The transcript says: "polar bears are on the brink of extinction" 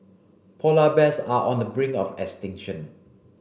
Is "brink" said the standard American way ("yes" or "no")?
no